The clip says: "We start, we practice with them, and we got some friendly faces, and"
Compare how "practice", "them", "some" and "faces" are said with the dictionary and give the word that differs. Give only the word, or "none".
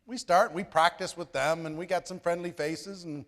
none